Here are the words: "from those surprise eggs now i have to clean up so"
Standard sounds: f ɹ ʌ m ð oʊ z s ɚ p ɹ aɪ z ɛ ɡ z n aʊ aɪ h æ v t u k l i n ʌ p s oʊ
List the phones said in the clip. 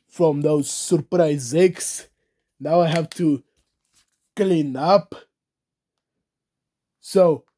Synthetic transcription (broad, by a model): f ɹ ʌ m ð oʊ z s ɚ p ɹ aɪ z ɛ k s n aʊ aɪ h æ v t u k l i n ʌ p s oʊ